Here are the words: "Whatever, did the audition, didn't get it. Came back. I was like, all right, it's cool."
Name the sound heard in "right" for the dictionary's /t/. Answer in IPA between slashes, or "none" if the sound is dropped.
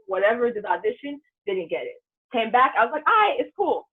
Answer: none